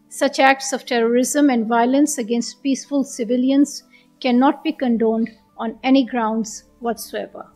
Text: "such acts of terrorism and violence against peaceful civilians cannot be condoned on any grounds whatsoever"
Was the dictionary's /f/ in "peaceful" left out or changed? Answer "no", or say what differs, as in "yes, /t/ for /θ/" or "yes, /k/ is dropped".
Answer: no